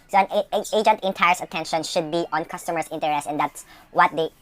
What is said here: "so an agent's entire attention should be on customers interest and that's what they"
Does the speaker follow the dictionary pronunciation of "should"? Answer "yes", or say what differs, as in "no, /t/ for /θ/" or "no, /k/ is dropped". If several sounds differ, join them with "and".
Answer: yes